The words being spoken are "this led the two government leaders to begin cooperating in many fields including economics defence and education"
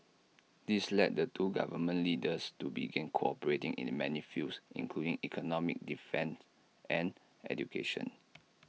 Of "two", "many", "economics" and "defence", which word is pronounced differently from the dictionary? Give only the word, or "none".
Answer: economics